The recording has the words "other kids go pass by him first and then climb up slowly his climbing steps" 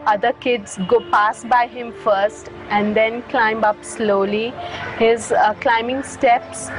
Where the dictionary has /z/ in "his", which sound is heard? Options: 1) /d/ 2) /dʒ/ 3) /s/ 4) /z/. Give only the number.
4